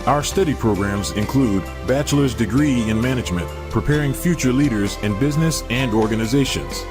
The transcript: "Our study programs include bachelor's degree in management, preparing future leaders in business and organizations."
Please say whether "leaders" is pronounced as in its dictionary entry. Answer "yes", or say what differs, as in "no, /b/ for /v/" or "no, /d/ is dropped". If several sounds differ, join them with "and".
yes